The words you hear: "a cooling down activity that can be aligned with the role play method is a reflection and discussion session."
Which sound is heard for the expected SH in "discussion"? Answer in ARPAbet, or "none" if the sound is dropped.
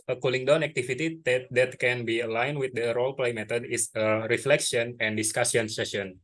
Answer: S